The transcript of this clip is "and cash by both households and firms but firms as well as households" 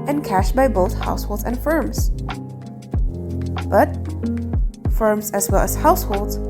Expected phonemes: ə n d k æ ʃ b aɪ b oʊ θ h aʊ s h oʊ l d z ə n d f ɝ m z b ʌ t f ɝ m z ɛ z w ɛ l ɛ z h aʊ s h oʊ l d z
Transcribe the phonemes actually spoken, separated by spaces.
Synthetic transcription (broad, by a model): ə n k æ ʃ b aɪ b oʊ θ h aʊ s h oʊ l d z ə n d f ɝ m z b ʌ t f ɝ m z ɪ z w ɛ l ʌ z h aʊ s h oʊ l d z